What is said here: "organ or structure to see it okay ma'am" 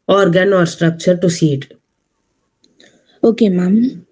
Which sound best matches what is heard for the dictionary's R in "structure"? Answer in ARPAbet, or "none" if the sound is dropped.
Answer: R